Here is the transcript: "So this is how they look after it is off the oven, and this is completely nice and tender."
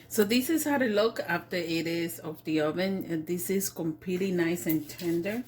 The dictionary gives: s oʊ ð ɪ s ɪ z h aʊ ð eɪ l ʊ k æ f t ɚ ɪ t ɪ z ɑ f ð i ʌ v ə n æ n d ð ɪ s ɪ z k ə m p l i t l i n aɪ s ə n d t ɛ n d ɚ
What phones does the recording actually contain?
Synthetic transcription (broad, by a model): s oʊ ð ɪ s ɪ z h aʊ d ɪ l ʊ k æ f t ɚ ɪ t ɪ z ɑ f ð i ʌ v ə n n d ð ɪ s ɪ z k ə m p l i t l i n aɪ s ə n t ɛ n d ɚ